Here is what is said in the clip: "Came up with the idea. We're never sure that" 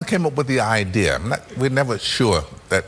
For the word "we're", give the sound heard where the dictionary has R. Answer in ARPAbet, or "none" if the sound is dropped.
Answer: W